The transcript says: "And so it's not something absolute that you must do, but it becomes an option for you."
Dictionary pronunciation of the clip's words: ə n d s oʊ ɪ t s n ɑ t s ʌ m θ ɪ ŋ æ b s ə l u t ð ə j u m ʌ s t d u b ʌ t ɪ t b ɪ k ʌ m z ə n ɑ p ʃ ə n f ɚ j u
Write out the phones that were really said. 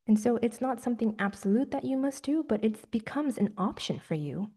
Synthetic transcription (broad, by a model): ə n s oʊ ɪ t s n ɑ t s ʌ m θ ɪ ŋ æ b s ə l u t ð ə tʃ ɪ m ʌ s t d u b ʌ t ɪ t b ɪ k ʌ m z ə n ɑ p ʃ ə n f ɚ j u